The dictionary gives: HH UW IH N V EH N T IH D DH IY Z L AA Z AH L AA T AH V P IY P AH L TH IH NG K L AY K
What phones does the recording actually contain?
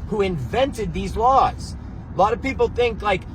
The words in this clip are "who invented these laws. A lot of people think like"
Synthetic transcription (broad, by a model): HH UW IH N V EH N T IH D DH IY Z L AA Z AH L AA T AH V P IY P L TH IH NG K L AY K